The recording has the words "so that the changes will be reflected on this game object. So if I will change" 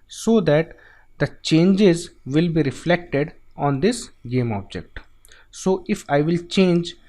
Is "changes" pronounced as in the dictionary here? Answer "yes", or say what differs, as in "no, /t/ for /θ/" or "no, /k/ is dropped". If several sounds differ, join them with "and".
yes